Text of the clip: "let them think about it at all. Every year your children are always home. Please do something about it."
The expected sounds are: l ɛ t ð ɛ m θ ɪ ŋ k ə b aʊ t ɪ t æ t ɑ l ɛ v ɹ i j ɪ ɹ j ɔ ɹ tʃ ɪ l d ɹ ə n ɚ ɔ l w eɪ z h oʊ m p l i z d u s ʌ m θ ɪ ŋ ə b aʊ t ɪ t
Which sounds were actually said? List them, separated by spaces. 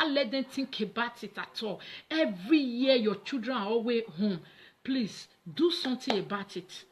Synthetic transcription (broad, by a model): l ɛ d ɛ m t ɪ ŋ k ə b aʊ t ɪ t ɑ t ɑ l ɛ v ɹ i j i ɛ j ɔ tʃ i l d ɹ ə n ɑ ɔ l w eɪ h oʊ m p l i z d u s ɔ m t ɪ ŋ ə b aʊ t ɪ t